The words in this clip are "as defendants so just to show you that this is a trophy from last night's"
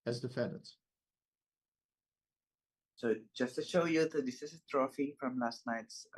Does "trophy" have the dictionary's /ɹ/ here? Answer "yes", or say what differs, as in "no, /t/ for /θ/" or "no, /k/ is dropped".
yes